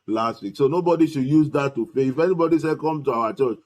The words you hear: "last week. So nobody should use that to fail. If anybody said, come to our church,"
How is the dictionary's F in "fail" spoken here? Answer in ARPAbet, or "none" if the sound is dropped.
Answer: P